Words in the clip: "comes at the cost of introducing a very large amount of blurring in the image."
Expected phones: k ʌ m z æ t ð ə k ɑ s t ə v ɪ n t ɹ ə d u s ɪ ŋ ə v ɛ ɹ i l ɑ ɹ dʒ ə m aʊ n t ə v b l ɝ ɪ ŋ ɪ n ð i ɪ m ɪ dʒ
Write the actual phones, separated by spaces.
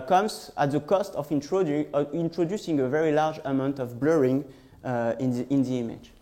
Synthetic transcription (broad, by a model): k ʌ m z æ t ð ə k ɑ s t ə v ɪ n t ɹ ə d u s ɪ ŋ ə v ɛ ɹ i l ɑ ɹ dʒ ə m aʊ n t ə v b l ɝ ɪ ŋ ɪ n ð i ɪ m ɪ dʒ